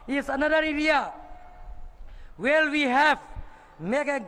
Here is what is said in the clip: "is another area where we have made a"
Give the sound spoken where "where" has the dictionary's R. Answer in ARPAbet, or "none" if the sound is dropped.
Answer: L